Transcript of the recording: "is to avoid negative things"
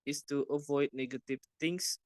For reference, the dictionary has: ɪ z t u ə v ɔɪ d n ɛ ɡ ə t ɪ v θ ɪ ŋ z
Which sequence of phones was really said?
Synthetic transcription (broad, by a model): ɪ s t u ə v ɔɪ d n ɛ ɡ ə t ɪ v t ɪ ŋ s